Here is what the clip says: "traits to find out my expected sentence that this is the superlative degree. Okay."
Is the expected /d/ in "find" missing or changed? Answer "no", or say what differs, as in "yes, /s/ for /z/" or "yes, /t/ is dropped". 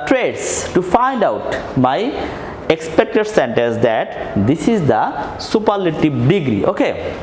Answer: no